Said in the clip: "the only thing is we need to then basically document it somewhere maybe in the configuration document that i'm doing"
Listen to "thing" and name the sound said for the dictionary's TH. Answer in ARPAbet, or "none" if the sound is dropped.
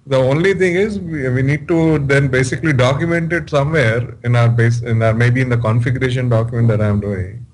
T